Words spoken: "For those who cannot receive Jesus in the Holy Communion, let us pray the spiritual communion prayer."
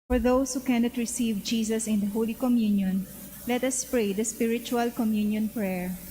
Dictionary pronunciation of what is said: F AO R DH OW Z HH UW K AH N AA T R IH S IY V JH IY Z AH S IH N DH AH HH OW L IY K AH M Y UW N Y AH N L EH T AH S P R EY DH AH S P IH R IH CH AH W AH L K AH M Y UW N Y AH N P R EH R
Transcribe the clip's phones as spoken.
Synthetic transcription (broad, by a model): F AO R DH OW S HH UW K AH N AA T R IH S IY V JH IY S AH S IH N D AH HH OW L IY K AH M Y UW N Y AH N L EH T AH S P R EY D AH S P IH R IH CH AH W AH L K AH M Y UW N Y AH N P R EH R